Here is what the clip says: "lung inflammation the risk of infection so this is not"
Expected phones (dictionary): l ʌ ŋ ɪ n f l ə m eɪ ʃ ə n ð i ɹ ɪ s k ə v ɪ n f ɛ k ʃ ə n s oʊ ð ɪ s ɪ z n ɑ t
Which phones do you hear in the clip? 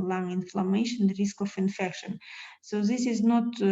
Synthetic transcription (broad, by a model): l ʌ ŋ ɪ n f l ə m eɪ ʃ ə n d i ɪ s k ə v ɪ n f ɛ k ʃ ə n s oʊ ð ɪ s ɪ z n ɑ t